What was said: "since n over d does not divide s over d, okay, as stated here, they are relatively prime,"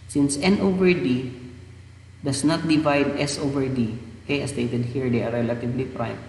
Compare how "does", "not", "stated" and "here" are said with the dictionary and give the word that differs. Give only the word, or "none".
does